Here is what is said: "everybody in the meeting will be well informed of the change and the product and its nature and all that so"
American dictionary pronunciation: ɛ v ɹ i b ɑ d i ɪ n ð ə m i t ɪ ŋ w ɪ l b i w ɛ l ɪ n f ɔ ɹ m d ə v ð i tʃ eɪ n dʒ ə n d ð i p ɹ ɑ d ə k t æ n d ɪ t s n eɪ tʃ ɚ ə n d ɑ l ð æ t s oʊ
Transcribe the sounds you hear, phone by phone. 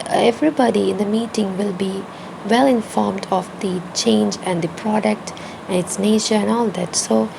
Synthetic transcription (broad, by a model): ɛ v ɹ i b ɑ d i ɪ n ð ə m i t ɪ ŋ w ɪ l b i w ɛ l ɪ n f ɔ ɹ m d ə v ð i tʃ eɪ n dʒ ə n d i p ɹ ɑ d ə k t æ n ɪ t s n eɪ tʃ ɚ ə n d ɑ l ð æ t s oʊ